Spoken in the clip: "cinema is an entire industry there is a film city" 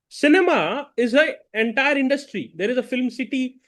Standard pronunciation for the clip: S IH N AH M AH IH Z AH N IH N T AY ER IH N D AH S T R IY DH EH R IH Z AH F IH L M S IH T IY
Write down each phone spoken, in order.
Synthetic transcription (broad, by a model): S IH N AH M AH IH Z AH IH N T AY ER IH N D AH S T R IY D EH R IH Z AH F IH L M S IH T IY